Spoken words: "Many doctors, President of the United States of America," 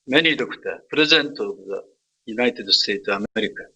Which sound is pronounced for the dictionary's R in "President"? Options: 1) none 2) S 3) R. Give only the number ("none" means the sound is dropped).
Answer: 1